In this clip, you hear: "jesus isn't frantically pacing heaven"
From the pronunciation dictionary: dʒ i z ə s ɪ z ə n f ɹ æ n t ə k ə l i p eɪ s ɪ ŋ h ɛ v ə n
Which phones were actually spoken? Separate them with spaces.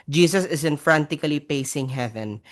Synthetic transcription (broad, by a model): dʒ i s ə s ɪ s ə n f ɹ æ n t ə k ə l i p eɪ s ɪ ŋ h ɛ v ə n